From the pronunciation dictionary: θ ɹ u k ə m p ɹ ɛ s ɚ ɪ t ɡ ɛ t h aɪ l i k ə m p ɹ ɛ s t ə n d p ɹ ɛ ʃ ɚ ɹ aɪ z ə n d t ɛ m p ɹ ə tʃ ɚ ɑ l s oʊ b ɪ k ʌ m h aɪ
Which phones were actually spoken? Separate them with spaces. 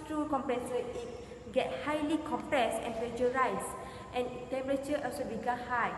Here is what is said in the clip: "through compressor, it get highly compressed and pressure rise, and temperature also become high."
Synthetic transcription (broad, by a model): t ɹ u k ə m p ɹ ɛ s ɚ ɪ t ɡ ɛ t h aɪ l i k ə m p ɹ ɛ s t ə n p ɹ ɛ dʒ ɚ ɹ aɪ s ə n t ɛ m p ɹ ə tʃ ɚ ɑ l s oʊ b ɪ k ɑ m h aɪ